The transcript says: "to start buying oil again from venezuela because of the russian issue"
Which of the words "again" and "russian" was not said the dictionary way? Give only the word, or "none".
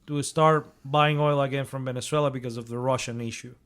none